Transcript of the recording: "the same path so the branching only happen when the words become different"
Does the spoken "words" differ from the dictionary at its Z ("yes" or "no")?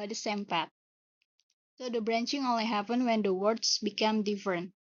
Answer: yes